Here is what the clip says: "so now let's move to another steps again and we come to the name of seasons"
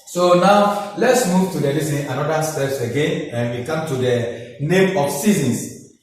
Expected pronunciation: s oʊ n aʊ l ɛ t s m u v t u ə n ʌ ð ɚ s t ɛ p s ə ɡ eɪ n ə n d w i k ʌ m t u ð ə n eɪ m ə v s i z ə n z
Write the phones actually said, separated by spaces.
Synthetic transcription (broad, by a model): s oʊ n aʊ l ɛ t s m u v t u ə n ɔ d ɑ s t ɛ p s ə ɡ eɪ n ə n w i k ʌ m t u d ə n eɪ m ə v s i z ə n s